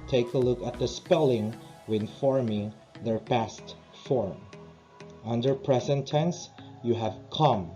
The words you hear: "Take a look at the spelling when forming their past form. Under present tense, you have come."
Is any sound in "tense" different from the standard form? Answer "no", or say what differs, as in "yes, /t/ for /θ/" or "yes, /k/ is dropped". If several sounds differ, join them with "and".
no